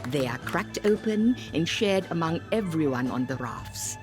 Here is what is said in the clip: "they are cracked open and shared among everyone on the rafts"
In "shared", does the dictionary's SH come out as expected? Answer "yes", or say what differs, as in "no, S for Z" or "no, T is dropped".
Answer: yes